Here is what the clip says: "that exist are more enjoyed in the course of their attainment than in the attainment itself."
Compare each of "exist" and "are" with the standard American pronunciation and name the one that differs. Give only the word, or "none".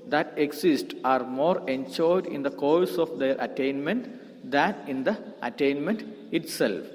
exist